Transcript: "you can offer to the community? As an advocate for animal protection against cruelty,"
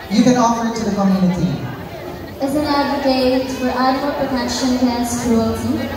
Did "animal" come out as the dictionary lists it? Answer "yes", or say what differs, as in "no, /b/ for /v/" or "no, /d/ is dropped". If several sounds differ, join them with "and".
no, /n/ is dropped